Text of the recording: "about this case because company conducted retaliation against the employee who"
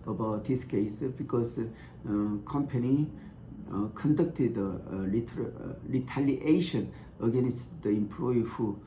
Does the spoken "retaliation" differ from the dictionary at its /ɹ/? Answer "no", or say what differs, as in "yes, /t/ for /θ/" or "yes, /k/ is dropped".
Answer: yes, /l/ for /ɹ/